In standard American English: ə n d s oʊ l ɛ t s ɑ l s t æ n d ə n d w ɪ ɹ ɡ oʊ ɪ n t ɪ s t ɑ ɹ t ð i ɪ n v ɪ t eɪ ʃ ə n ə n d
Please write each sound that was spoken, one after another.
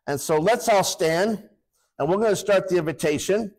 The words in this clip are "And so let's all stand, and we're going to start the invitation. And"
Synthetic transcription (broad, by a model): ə n s oʊ l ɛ t s ɑ l s t æ n d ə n w ɪ ɹ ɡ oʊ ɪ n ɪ s t ɑ ɹ t ð i ɪ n v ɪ t eɪ ə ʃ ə n